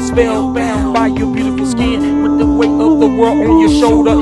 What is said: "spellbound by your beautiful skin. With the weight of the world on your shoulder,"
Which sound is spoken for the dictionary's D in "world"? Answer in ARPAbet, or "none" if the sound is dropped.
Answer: none